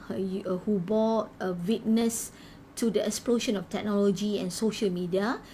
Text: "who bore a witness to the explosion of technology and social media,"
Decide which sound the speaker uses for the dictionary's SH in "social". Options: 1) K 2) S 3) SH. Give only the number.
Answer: 3